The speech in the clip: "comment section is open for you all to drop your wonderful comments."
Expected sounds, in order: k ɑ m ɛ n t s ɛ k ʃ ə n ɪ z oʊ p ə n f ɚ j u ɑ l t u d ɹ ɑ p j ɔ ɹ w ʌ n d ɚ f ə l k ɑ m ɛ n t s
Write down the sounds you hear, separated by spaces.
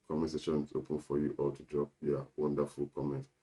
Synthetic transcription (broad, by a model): k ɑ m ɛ s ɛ ʃ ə n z oʊ p ə n f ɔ j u ɑ l t u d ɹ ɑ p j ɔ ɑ w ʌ n d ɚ f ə l k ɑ m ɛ n t